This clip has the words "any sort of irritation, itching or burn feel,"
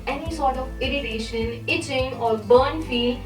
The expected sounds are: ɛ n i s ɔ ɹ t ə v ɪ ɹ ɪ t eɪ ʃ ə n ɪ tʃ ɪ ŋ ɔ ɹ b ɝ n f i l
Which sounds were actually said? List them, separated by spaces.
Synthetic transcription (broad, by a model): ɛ n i s ɔ ɹ t ə v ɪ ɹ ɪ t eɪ ʃ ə n ɪ tʃ ɪ ŋ ɔ ɹ b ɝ n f i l